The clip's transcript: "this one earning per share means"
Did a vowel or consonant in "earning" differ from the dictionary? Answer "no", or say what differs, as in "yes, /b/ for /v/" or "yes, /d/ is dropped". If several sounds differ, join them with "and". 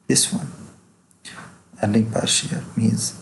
yes, /l/ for /n/